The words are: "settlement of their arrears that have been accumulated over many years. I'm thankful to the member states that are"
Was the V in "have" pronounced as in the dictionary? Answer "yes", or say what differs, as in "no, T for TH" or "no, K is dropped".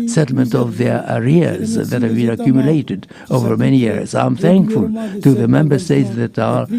yes